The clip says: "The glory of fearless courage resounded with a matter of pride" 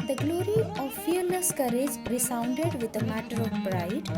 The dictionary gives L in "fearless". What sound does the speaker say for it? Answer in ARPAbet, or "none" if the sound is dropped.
N